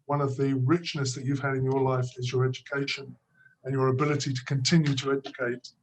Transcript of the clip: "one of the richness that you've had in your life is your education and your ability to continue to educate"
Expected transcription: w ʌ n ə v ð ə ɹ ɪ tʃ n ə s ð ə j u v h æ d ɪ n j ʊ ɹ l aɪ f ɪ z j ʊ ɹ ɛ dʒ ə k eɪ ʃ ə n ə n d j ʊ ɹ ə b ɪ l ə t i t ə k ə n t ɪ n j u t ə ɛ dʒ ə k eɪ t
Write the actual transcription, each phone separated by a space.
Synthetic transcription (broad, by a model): w ʌ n ə v ð ə ɹ ɪ tʃ n ə s ð ə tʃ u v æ d ɪ n j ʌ ɹ l aɪ f ɪ z j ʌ ɹ ɛ dʒ ə k eɪ ʃ ə n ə n j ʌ ɹ ə b ɪ l ə t i t ə k ə n t ɪ n j u t ə ɛ dʒ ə k eɪ t